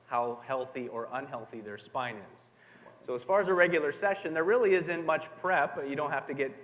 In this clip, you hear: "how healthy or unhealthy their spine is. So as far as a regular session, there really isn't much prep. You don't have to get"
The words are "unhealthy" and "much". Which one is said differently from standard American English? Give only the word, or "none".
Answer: none